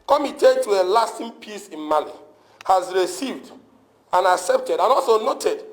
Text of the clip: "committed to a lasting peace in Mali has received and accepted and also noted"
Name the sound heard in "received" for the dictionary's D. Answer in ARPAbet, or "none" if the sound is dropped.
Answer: D